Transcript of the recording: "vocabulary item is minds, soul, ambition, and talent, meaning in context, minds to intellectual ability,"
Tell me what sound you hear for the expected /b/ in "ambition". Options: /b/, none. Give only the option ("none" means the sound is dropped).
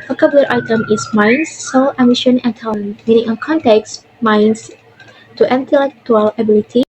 none